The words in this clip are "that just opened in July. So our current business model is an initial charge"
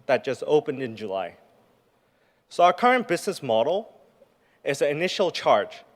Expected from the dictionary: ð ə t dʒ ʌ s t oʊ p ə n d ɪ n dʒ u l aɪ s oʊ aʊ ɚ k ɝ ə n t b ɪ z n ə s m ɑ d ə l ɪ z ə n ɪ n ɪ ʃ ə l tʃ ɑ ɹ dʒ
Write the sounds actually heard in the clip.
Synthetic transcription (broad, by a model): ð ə t dʒ ʌ s t oʊ p ə n d ɪ n dʒ u l aɪ s oʊ aʊ ɚ k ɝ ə n b ɪ z n ə s m ɑ d l ɪ z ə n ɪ n ɪ ʃ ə l tʃ ɑ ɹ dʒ